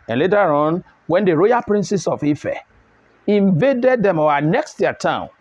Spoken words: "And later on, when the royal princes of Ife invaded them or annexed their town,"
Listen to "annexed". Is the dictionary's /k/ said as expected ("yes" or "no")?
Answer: yes